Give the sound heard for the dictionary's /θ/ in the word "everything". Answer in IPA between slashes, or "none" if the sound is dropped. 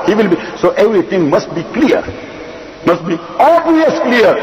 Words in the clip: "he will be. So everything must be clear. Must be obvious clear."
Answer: /t/